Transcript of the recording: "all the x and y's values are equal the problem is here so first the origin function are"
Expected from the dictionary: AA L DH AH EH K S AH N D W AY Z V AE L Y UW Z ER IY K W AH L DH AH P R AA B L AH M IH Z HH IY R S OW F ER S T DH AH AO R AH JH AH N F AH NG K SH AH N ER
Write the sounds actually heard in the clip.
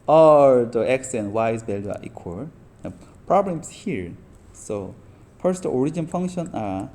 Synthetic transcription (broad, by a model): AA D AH EH K S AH N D W AY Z B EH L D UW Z IY K W AH L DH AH P R AA B L AH M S HH IY R S OW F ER S T AO R AH JH AH N F AH NG K SH AH N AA